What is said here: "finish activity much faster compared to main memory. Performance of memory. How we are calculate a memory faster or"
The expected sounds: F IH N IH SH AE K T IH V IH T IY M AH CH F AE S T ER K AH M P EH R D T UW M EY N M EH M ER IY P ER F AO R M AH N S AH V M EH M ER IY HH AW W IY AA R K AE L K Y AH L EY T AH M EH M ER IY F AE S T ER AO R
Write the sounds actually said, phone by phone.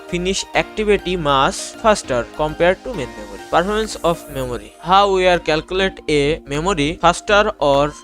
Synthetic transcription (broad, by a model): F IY N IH SH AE K T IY B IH T IY M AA S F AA S T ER K AH M P EH R D T UW M EY N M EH M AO IY P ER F AO R M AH N S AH F M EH M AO IY HH AW W IY AA R K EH L K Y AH L EY T AH M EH M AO IY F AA S T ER AO R